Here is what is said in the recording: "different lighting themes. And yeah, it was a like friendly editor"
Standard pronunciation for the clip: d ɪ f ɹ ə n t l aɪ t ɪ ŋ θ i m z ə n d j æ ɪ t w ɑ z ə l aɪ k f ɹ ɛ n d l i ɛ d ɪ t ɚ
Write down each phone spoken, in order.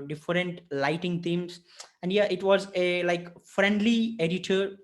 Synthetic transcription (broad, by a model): d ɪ f ɹ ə n t l aɪ t ɪ ŋ t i m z ə n d j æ ɪ t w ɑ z ə l aɪ k f ɹ ɛ n d l i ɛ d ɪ t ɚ